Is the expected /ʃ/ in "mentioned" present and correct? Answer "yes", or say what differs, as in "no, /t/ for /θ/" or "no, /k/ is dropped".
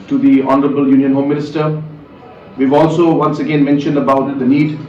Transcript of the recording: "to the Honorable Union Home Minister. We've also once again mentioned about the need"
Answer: yes